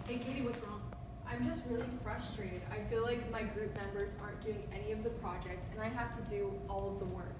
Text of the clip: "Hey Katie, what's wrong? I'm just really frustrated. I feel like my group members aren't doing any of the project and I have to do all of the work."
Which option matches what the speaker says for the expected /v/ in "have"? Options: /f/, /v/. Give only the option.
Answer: /f/